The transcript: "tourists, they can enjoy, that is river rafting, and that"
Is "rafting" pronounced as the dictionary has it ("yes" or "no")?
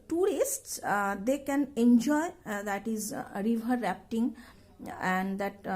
no